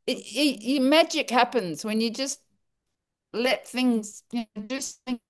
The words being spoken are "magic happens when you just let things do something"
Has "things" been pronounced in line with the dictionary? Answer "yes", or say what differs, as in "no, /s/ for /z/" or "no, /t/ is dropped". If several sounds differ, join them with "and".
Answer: yes